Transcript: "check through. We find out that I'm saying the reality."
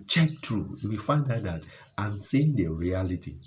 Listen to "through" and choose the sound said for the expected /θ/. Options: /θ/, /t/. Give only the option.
/t/